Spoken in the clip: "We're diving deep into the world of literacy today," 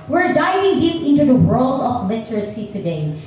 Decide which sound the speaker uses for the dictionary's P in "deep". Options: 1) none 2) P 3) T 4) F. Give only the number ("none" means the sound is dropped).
2